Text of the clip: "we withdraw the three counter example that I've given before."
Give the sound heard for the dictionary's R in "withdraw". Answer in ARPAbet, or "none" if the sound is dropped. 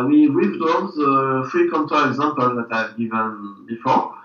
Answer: none